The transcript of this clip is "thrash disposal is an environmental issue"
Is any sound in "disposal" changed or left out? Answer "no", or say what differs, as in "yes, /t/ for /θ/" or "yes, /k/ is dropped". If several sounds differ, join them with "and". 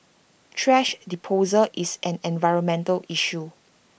yes, /s/ is dropped